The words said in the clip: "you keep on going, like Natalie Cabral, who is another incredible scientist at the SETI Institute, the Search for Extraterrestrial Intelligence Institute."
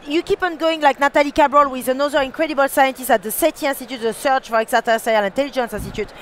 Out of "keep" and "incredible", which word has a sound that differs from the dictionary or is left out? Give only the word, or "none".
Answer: none